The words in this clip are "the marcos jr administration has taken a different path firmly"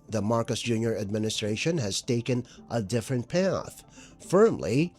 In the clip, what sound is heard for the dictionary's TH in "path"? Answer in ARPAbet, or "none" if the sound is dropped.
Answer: TH